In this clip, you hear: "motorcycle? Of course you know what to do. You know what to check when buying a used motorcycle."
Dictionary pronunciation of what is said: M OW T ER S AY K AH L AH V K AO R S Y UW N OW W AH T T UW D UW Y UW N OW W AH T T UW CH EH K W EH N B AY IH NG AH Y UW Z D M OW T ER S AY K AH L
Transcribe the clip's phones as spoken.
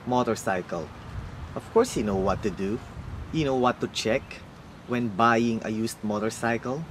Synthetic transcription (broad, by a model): M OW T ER S AY K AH L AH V K AO R S Y UW N OW W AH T T UW D UW Y UW N OW W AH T T UW CH EH K W EH N B AY IH NG AH Y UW S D M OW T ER S AY K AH L